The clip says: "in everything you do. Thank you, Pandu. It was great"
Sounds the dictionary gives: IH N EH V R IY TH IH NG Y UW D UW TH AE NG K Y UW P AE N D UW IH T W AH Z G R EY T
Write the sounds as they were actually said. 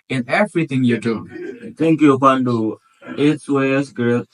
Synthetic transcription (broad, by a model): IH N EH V R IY T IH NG Y UW D UW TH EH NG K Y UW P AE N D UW IH T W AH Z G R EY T